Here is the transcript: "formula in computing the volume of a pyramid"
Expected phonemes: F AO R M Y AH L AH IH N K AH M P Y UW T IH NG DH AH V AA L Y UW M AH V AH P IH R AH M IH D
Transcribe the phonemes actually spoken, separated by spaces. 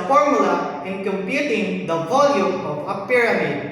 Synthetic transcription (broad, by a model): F AO R M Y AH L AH IH N K AH M P Y UW T IH NG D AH V AA L Y UW M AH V AH P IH R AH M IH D